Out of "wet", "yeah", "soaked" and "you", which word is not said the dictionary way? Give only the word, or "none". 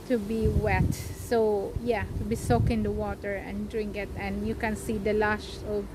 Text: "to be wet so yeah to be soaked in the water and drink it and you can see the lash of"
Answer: soaked